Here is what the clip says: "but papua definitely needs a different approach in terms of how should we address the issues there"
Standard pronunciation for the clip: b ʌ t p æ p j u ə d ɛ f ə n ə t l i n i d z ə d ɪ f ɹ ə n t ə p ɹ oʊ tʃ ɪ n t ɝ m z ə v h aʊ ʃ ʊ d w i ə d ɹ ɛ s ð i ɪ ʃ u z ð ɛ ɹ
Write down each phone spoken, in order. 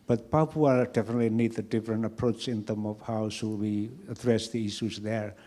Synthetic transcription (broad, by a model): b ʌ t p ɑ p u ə d ɛ f ə n ə t l i n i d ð ə d ɪ f ɹ ə n t ə p ɹ oʊ tʃ ɪ n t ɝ m ə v h aʊ s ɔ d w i ə d ɹ ɛ s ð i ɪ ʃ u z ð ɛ ɹ